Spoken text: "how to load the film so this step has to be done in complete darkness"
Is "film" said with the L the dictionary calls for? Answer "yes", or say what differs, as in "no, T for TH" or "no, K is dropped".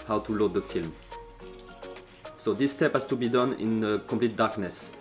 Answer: yes